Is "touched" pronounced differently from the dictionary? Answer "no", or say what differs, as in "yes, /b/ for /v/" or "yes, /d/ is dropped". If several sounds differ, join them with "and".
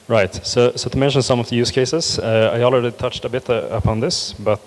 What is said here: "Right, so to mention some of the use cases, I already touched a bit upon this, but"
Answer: no